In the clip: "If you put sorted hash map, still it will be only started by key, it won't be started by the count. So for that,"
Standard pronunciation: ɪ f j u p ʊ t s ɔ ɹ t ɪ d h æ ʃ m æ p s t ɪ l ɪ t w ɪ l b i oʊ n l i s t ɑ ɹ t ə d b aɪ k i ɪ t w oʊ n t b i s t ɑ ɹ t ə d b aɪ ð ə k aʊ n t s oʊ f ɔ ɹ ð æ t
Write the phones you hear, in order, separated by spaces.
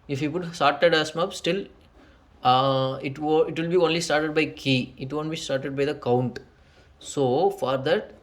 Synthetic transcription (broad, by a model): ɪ f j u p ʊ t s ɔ ɹ t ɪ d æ s m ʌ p s t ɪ l ɪ t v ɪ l b i oʊ n l i s t ɑ ɹ t ə d b aɪ k i ɪ t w oʊ n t b i s t ɑ ɹ t ə d b aɪ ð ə k aʊ n t s oʊ f ɔ ɹ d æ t